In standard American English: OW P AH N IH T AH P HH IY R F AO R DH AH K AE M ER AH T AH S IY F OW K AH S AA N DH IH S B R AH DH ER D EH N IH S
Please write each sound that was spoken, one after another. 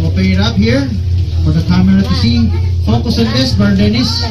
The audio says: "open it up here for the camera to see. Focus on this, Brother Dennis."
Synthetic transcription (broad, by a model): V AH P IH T AH P HH IY R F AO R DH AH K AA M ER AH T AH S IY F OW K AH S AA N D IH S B AH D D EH N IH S